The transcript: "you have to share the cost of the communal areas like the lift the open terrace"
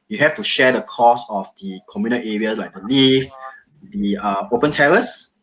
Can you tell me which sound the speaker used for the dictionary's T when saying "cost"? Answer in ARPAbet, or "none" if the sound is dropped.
none